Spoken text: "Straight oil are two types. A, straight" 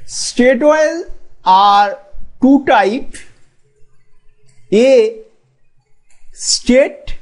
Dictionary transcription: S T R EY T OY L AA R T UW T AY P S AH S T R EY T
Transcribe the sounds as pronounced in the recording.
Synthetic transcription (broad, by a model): S T EY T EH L AA R T UW T AY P AH S T EY T